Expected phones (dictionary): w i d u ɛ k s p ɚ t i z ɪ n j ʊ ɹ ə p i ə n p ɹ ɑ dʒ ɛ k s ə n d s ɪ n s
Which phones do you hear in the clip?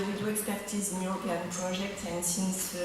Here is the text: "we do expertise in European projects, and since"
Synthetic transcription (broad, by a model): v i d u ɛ k s p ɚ t i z ɪ n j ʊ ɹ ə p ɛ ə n p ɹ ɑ ʒ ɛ k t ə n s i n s